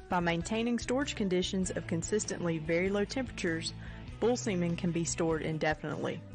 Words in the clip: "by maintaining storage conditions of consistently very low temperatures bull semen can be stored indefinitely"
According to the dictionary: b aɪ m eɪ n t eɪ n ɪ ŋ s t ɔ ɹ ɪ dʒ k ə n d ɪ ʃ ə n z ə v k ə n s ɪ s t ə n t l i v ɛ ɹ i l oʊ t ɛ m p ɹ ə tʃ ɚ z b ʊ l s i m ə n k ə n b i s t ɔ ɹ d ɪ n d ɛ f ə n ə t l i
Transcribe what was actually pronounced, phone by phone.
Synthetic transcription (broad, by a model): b aɪ m eɪ n t eɪ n ɪ ŋ s t ɔ ɹ ɪ dʒ k ə n d ɪ ʃ ə n z ə v k ə n s ɪ s t ə n t l i v ɛ ɹ i l oʊ t ɛ m p ɹ ə tʃ ɚ z b ʊ l s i m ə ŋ k ə n b i s t ɔ ɹ d ɪ n d ɛ f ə n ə t l i